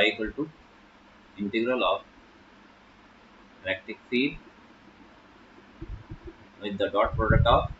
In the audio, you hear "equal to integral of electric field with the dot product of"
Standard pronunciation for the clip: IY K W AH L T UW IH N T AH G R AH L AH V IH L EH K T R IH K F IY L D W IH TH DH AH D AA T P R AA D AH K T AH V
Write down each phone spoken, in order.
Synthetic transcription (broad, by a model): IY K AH L T UW IH N T AH G R AH L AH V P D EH K T IH K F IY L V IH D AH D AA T P R AA D AH K T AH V